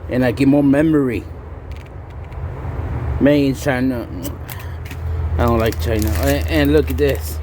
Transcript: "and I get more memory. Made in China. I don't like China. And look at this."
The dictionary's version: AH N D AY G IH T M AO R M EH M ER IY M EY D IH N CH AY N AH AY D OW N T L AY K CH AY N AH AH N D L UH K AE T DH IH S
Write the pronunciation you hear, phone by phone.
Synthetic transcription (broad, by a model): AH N AY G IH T M AO R M EH M ER IY M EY IH N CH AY N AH AY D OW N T L AY K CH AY N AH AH N L UH K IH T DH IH S